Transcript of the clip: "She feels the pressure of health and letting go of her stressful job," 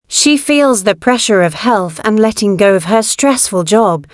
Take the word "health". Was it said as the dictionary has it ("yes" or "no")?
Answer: yes